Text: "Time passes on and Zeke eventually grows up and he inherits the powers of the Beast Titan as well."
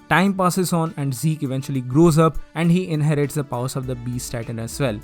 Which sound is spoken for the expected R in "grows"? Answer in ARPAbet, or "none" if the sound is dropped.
R